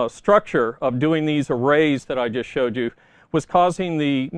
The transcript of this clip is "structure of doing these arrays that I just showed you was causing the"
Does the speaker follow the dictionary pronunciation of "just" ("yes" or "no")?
yes